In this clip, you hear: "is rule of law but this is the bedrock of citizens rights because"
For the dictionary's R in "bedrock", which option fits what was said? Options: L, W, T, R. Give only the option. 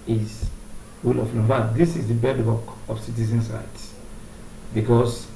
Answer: W